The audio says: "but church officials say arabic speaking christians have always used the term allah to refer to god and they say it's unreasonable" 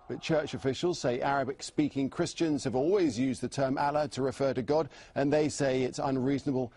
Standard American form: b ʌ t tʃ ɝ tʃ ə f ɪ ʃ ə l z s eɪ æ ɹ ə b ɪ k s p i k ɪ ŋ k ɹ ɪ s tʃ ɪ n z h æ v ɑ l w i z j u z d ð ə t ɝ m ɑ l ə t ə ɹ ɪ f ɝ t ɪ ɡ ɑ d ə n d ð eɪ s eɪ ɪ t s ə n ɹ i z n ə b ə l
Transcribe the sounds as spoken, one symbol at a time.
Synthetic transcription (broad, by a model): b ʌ t tʃ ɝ tʃ ə f ɪ ʃ ə l z s eɪ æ ɹ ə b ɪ k s p i k ɪ ŋ k ɹ ɪ s tʃ ɪ n z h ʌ v ɑ l w i z j u z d ð ə t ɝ m ɑ l ə t ə ɹ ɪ f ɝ t ɪ ɡ ɑ d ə n ð eɪ s eɪ ɪ t s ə n ɹ i z n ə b ə l